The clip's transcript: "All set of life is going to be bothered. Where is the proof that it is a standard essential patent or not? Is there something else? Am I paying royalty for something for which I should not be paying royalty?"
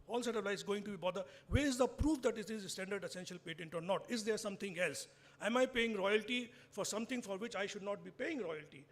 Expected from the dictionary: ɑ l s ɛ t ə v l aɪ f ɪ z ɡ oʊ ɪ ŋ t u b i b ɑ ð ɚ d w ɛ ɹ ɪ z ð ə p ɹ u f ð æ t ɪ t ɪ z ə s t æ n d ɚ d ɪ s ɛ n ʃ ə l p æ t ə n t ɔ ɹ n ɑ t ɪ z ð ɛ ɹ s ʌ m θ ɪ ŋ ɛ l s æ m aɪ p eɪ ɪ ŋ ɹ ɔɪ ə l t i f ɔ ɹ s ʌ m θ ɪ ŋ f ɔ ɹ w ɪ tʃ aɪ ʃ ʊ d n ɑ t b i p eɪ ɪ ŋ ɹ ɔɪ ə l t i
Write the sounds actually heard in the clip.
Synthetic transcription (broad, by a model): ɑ l s ɛ t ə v l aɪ ɪ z ɡ oʊ ɪ ŋ t u b i b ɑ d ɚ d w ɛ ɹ ɪ z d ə p ɹ u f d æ t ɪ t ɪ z s t æ n d ɚ d ɪ s ɛ n ʃ ə l p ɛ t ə n t ɔ ɹ n ɑ t ɪ z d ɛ ɹ s ʌ m t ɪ ŋ ɛ l s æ m aɪ p eɪ ɪ ŋ ɹ ɔɪ ə l t i f ɔ ɹ s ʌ m t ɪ ŋ f ɔ ɹ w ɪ tʃ aɪ ʃ ʊ d n ɑ t b i p eɪ ɪ ŋ ɹ ɔɪ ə l t i